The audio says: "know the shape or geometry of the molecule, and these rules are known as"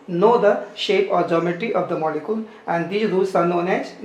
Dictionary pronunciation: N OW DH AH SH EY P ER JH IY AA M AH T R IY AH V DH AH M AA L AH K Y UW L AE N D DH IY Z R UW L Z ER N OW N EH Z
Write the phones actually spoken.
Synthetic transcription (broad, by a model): N OW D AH SH EY P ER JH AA M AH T IY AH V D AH M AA L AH K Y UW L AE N D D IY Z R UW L S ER N OW N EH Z